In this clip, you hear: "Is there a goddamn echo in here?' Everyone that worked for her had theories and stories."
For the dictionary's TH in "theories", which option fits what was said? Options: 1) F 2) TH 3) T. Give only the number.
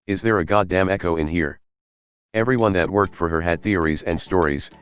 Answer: 2